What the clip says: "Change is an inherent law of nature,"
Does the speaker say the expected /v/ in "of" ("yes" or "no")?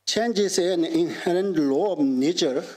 no